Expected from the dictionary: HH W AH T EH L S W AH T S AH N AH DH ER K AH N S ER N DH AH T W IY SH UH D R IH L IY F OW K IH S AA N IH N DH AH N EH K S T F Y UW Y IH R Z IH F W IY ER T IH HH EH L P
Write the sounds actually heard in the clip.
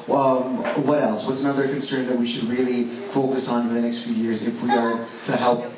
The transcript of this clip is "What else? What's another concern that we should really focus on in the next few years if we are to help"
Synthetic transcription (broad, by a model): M W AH T EH L S W AH T S AH N AH DH ER K AH N S ER N DH AH T W IY SH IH D R IH L IY F OW K IH S N IH N DH AH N EH K S T F Y UW Y IH R Z IH F W IY ER T IH HH EH L P